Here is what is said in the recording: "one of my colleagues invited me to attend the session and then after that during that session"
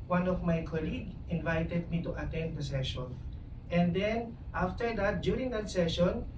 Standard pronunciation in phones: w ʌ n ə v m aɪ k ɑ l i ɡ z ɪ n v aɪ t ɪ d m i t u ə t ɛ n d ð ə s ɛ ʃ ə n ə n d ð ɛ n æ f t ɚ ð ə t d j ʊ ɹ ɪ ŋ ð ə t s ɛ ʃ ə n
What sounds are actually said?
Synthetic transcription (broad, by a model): w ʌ n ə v m aɪ k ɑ l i ɡ ɪ n v aɪ t ɪ d m i t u ə t ɛ n d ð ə s ɛ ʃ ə n ə n d ɛ n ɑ f t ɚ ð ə t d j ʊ ɹ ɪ ŋ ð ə t s ɛ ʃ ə n